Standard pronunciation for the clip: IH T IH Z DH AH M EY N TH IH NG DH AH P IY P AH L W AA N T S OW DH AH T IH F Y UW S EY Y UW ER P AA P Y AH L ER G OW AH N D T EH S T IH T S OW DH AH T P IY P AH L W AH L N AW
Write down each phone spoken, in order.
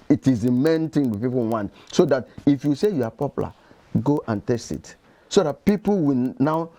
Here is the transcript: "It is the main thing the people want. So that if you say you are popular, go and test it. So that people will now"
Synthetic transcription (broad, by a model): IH T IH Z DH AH M EY N T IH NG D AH P IY P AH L W AA N T S OW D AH T IH F Y UW S EY Y UW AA P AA P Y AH L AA G OW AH N T EH S T IH T S OW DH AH T P IY P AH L W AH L N AW